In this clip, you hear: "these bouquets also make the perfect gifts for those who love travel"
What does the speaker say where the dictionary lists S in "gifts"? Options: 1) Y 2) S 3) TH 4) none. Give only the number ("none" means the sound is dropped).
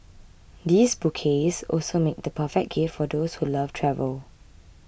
4